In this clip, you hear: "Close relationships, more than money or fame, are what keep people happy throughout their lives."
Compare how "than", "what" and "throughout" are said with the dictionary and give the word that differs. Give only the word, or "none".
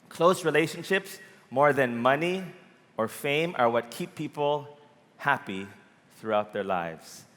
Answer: none